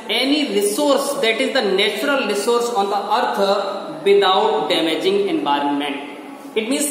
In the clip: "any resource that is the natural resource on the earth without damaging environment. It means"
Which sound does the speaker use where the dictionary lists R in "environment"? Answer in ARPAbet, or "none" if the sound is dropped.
R